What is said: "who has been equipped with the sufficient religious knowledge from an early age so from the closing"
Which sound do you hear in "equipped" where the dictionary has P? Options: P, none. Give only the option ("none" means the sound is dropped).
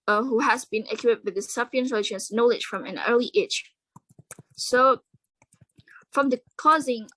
none